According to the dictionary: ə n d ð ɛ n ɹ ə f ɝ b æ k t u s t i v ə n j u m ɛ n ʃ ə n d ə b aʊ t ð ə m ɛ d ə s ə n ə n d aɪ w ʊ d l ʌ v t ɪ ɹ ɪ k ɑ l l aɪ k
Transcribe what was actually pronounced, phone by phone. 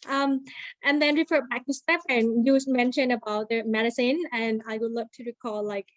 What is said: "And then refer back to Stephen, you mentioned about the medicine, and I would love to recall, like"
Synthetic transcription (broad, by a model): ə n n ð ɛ n ɹ ə f ɝ b æ k t u s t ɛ p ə n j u m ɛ n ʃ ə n ə b aʊ t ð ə m ɛ d ə s ə n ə n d aɪ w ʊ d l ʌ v t ɪ ɹ ɪ k ɑ l l aɪ k